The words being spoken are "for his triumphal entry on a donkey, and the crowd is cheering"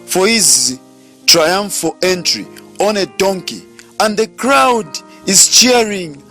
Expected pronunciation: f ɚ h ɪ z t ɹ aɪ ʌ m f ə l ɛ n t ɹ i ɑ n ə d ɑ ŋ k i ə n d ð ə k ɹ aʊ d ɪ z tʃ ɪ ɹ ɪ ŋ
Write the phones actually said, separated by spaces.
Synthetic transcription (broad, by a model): f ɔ h ɪ z t ɹ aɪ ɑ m f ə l ɛ n t ɹ i ɑ n ə d ɑ ŋ k i ə n d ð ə k ɹ aʊ d ɪ z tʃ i ɹ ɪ ŋ